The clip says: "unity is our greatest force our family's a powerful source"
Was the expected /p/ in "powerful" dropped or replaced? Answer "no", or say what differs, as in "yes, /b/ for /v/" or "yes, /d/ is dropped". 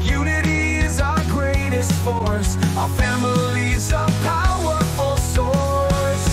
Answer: no